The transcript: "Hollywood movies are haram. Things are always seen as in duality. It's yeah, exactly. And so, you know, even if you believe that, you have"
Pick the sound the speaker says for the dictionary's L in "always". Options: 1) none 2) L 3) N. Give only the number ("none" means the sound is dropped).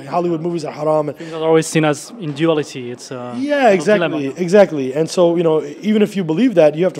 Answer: 2